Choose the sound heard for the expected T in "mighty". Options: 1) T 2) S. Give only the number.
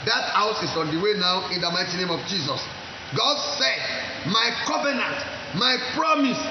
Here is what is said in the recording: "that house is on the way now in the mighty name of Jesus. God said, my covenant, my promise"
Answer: 1